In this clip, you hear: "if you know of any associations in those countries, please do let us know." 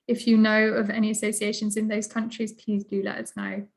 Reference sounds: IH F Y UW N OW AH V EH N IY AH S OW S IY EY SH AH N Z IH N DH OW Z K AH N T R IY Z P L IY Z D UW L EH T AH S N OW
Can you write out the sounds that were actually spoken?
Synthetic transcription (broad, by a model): IH F Y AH N OW AH V EH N IY AH S OW S IY EY SH AH N Z IH N DH OW Z K AH N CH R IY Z P L IY Z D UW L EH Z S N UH